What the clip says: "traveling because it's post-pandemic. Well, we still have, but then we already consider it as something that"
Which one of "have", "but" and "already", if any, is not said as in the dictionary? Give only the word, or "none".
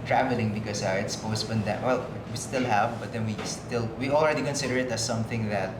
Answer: none